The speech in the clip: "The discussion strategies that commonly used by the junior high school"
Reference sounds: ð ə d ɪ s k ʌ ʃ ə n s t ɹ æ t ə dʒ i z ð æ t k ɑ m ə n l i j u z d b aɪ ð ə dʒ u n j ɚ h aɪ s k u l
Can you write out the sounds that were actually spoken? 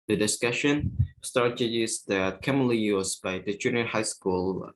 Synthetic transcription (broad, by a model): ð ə d ɪ s k ʌ ʃ ə n s t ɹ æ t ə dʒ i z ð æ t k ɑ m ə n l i j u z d b aɪ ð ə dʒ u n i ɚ h aɪ s k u l